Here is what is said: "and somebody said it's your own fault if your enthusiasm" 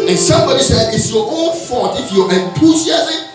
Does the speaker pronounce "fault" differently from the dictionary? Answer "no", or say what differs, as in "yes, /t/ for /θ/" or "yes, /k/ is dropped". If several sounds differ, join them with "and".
yes, /l/ is dropped